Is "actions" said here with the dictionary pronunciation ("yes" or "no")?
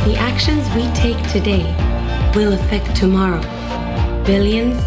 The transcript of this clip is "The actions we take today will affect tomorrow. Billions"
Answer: yes